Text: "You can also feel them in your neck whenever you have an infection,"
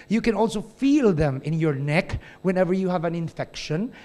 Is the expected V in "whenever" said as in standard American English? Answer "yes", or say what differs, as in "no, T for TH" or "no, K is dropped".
yes